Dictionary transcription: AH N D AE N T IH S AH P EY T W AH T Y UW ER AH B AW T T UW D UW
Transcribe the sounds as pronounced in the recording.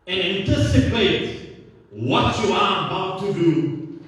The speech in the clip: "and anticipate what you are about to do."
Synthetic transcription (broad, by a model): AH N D AE N T IH S AH P EY T W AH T Y UW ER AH B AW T T UW D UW